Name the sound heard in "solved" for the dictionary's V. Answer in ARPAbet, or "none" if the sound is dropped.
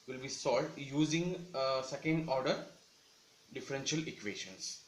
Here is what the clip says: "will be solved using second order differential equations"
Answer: none